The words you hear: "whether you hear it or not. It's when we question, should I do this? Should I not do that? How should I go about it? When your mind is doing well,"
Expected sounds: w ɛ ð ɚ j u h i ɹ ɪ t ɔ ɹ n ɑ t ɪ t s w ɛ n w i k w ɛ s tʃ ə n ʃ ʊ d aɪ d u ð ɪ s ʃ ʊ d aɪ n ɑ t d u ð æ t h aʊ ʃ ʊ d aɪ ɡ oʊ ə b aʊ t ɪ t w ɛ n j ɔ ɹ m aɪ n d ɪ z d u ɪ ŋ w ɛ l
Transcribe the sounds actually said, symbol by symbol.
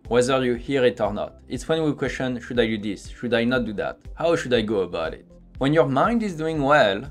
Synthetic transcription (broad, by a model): w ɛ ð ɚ j u h i ɹ ɪ t ɔ ɹ n ɑ t ɪ t s w ɛ n w i k w ɛ s tʃ ə n ʃ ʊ d aɪ d u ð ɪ s ʃ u d aɪ n ɑ t d u ð æ t h aʊ ʃ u d aɪ ɡ oʊ ə b aʊ t ɪ t w ɛ n j ɔ ɹ m aɪ n d ɪ z d u ɪ ŋ w ɛ l